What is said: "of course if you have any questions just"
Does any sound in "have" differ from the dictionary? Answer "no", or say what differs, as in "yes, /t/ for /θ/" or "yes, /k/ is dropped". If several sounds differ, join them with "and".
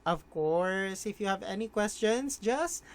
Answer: no